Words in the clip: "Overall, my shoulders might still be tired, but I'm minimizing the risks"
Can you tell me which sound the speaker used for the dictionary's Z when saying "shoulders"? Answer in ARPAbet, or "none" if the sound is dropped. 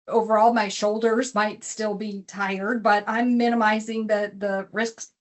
Z